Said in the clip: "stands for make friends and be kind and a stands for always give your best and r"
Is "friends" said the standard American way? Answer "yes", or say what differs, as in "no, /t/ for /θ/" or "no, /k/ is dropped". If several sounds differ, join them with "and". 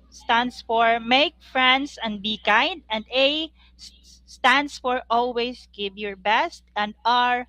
no, /s/ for /z/